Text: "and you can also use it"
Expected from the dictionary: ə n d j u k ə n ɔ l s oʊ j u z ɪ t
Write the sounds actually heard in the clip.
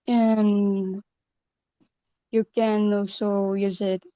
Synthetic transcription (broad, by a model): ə n j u k ə n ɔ s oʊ j u z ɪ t